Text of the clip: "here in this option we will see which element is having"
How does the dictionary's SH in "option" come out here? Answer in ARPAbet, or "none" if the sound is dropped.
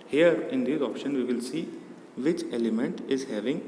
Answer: SH